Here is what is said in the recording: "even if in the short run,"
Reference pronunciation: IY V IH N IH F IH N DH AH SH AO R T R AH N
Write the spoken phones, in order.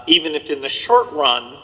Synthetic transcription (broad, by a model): IY V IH N IH F IH N DH AH SH AO R T R AH N